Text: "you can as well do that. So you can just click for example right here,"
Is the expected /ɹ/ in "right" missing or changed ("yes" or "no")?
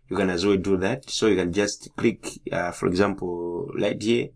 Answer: yes